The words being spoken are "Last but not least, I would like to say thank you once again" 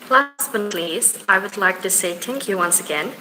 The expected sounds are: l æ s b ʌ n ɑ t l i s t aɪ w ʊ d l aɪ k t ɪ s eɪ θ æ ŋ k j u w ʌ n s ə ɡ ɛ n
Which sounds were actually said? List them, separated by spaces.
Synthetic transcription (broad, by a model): l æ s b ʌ n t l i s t aɪ w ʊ d l aɪ k t ɪ s eɪ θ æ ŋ k j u w ʌ n s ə ɡ ɛ n